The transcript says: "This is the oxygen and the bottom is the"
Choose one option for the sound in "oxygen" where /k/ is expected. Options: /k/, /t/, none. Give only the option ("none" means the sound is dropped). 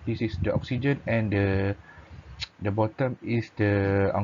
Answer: /k/